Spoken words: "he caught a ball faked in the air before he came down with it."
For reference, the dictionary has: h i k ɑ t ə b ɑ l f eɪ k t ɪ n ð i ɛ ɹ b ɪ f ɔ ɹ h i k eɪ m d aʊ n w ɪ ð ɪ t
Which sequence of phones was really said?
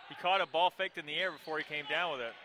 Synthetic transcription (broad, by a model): h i k ɑ t ə b ɑ l f eɪ k t ɪ n ð i ɛ ɹ b ɪ f ɔ ɹ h i k eɪ m d aʊ n w ɪ ð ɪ t